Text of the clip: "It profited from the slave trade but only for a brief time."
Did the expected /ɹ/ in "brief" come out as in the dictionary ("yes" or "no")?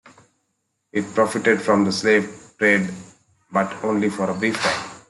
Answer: no